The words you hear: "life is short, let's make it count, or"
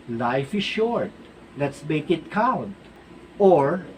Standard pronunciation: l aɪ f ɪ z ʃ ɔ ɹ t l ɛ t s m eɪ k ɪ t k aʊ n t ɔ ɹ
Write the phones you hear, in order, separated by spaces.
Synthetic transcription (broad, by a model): l aɪ f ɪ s ʃ ɔ ɹ t l ɛ t s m eɪ k ɪ t k aʊ n t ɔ ɹ